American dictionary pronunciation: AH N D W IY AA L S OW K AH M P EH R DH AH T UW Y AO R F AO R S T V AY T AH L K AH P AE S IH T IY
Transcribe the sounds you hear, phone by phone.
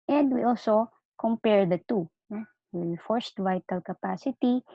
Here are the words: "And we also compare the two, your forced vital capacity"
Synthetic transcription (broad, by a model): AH N D W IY AA L S OW K AH M P EH R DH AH T UW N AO W F AO R S T V AY T AH L K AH P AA S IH T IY